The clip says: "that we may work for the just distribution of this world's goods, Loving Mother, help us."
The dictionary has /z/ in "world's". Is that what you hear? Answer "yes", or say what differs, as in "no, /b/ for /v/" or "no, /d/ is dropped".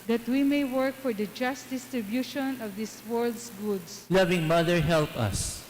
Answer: no, /s/ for /z/